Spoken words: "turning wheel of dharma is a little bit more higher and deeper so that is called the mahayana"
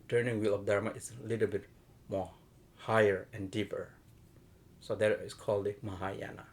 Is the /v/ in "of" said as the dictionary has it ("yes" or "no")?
no